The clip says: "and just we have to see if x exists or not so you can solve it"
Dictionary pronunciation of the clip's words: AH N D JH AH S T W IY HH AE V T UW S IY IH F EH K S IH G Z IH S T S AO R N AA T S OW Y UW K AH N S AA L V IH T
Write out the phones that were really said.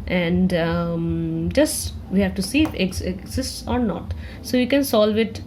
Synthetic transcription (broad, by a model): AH N D JH AH S T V IY HH AE V T UW S IY IH F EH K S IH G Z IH S T S AO R N AA T S OW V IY K AH N S AA L V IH T